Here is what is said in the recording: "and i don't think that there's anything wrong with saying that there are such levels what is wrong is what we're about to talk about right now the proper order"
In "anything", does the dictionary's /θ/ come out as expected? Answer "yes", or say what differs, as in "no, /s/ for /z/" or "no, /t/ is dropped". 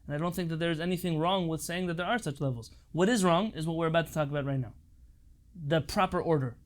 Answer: yes